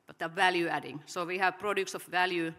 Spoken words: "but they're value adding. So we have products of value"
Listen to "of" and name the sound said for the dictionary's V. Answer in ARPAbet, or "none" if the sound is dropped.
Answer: F